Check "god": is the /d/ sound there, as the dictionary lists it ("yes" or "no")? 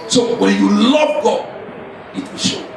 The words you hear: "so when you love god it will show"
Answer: no